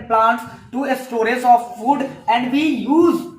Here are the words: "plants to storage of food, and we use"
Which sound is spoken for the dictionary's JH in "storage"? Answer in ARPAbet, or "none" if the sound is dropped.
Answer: Z